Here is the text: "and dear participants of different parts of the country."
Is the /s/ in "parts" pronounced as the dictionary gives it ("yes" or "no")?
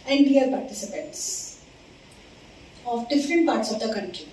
yes